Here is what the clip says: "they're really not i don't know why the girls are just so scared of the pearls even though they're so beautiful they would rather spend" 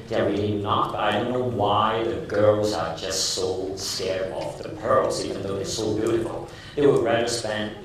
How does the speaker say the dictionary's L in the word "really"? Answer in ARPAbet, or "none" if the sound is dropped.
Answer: N